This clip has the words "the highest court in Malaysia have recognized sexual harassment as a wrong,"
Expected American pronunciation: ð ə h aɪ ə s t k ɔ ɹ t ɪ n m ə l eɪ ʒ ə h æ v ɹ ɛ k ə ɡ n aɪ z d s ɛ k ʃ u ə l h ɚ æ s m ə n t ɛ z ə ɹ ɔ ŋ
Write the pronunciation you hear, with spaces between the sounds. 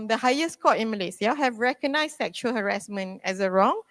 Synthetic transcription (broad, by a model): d ə h aɪ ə s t k ɔ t ɪ n m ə l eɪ s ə h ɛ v ɹ ɛ k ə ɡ n aɪ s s ɛ k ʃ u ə l h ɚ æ s m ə n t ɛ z ə ɹ ɔ ŋ